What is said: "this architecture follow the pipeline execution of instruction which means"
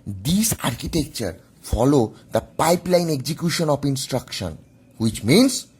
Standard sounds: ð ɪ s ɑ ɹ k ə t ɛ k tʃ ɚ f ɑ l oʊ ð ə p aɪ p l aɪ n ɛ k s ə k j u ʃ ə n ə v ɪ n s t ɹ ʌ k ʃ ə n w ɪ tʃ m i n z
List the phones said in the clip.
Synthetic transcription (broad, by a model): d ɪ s ɑ ɹ k ə t ɛ k tʃ ɚ f ɑ l oʊ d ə p aɪ p l aɪ n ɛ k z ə k j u ʃ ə n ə p ɪ n s t ɹ ʌ k ʃ ə n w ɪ tʃ m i n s